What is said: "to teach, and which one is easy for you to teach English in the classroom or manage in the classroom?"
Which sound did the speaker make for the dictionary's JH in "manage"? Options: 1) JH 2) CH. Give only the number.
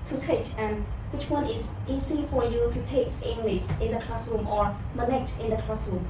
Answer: 2